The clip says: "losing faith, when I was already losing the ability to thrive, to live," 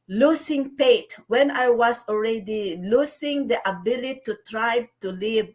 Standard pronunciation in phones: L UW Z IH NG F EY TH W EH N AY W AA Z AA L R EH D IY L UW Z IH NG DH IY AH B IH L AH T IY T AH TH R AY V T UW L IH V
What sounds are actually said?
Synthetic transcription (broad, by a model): L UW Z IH NG P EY T W EH N AY W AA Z AA L R EH D IY L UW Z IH NG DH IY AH B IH L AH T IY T R AY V T UW L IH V